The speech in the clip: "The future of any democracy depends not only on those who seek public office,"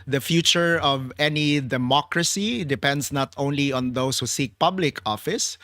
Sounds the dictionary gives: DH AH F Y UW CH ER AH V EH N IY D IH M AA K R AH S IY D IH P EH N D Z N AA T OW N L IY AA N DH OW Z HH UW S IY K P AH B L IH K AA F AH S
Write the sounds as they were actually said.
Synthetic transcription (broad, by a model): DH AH F Y UW CH ER AH V EH N IY D IH M AA K R AH S IY D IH P EH N D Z N AA T OW N L IY AA N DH OW S HH UW S IY K P AH B L IH K AA F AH S